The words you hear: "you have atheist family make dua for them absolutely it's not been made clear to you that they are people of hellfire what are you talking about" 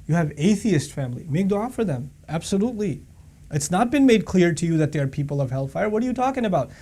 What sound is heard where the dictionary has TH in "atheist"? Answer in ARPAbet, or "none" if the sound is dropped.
TH